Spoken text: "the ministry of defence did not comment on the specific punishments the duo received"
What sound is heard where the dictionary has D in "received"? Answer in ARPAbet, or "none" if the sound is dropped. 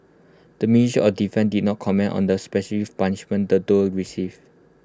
none